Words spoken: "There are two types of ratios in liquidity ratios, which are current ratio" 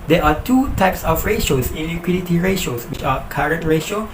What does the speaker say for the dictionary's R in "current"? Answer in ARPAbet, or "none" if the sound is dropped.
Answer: R